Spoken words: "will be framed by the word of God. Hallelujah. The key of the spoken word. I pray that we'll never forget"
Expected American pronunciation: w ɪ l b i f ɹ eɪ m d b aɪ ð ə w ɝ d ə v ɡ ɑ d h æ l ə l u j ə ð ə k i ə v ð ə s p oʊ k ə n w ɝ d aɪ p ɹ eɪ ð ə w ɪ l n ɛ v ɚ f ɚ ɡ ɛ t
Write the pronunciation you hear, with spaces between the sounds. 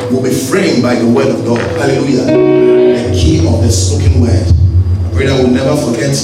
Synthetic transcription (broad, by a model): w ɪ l b i f ɹ eɪ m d b aɪ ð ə w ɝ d ə v ɡ ɑ d h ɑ l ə l u j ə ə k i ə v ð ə s oʊ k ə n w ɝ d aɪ p ɹ eɪ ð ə w ɪ l n ɛ v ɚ f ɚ ɡ ɛ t